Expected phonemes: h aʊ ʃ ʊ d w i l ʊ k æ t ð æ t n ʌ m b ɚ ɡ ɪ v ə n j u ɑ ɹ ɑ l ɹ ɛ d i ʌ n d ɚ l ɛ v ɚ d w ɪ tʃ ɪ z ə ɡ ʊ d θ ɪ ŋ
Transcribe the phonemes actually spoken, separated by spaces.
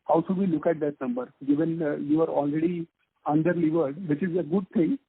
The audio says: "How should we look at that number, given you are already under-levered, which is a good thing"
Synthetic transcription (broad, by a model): h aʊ s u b i l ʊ k æ t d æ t n ʌ m b ɚ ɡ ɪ v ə n j u ɑ ɹ ɑ l ɹ ɛ d i ʌ n d ɚ l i v ɚ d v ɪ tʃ ɪ z ə ɡ ʊ d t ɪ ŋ